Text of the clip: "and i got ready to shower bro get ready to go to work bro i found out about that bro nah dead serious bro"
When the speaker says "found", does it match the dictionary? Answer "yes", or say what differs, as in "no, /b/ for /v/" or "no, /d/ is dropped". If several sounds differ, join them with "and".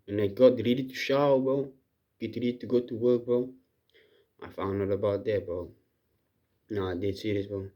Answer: no, /d/ is dropped